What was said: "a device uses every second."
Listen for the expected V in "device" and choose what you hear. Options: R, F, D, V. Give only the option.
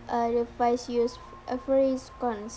F